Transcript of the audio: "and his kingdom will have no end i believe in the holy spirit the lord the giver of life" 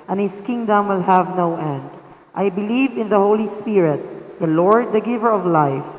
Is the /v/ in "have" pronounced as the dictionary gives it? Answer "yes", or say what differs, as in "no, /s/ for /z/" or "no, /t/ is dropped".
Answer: yes